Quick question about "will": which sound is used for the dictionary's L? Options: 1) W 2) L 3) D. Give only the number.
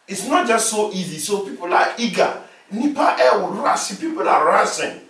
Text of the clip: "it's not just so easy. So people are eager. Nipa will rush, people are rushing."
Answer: 1